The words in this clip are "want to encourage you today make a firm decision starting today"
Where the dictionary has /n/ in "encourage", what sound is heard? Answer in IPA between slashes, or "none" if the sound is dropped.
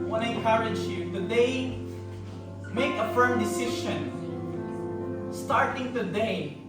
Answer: none